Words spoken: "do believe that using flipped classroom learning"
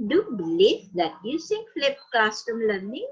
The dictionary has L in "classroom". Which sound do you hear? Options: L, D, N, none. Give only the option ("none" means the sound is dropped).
none